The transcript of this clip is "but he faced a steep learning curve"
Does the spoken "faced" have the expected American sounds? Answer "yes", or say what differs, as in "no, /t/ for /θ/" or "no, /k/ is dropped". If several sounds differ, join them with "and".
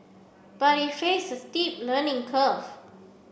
no, /t/ is dropped